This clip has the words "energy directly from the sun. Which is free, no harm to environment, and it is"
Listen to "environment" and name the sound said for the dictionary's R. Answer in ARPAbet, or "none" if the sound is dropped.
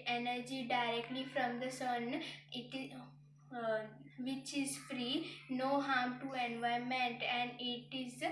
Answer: none